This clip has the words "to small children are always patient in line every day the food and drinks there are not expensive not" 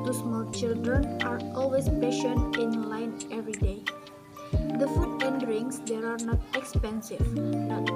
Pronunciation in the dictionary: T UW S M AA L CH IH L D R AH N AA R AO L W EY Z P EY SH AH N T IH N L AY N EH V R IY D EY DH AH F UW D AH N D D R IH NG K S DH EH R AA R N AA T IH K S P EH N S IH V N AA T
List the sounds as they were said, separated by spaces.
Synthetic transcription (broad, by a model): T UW S M AA L CH IH L D R AH N AA R AO L W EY S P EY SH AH N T IH N L AY N EH V R IY D EY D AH F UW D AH N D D R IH NG S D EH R AA R N AA T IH K S P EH N S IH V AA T